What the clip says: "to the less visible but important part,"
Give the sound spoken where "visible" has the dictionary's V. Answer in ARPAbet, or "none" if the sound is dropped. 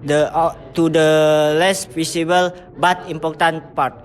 F